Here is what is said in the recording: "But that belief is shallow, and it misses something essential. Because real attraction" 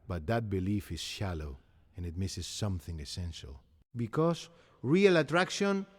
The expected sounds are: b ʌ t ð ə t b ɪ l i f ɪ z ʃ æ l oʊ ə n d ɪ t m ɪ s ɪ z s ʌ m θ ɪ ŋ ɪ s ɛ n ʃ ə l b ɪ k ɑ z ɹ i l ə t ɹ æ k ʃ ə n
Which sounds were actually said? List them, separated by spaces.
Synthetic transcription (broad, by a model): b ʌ t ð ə t b ɪ l i f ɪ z ʃ æ l oʊ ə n ɪ t m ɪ s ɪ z s ʌ m θ ɪ ŋ ɪ s ɛ n ʃ ə l b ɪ k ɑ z ɹ i l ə t ɹ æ k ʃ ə n